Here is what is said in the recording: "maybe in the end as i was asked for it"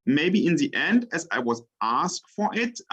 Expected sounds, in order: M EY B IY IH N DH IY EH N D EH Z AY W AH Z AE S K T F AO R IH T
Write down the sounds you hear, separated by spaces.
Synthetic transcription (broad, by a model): M EY B IY IH N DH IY EH N D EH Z AY W AH Z AE S K T F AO R IH T